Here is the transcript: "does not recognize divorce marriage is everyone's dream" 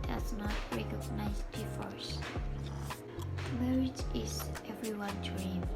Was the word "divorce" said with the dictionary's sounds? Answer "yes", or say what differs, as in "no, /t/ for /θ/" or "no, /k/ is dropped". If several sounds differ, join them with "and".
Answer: no, /f/ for /v/